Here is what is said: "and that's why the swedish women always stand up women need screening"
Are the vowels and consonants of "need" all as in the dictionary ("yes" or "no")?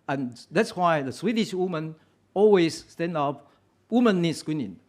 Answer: yes